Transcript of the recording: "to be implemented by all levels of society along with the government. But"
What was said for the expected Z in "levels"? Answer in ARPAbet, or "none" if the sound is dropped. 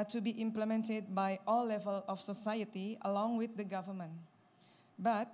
none